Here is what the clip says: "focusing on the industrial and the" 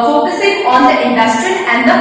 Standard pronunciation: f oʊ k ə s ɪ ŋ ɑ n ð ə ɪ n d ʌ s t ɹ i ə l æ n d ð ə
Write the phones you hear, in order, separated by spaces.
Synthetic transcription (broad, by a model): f oʊ k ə s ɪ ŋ ɑ n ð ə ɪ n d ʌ s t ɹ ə n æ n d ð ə